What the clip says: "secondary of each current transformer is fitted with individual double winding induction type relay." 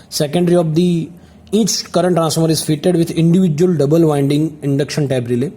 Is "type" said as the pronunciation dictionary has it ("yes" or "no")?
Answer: no